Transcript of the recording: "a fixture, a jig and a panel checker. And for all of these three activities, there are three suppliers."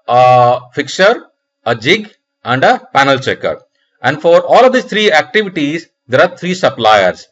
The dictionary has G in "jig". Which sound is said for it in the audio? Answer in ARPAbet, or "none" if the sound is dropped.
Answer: G